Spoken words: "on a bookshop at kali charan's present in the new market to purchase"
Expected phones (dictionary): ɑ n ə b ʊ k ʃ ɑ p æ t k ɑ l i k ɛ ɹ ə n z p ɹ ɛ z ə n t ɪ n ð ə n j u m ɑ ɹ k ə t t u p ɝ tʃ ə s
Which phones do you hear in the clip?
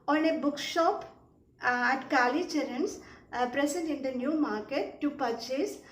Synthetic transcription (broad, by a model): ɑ n ə b ʊ k ʃ ɑ p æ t k ɑ l i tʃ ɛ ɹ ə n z p ɹ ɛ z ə n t ɪ n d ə n j u m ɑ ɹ k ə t t u p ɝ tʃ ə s